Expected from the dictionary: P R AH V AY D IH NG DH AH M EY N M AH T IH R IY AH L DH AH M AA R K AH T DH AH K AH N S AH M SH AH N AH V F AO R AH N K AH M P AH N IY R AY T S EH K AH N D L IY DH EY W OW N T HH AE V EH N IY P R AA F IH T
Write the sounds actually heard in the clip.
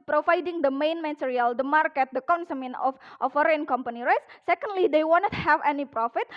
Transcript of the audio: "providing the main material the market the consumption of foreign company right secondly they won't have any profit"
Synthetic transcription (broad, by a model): P R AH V AY D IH NG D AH M EY N M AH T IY R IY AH L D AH M AA R K AH T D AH K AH N S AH M AH N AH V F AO R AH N K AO M P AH N IY R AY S S EH K AH N D L IY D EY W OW N T HH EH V EH N IY P R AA F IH T